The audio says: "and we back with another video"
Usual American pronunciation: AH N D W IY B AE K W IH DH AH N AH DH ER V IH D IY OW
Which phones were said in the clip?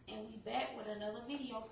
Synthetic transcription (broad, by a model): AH N W IY B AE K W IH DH AH N AH DH ER V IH D IY OW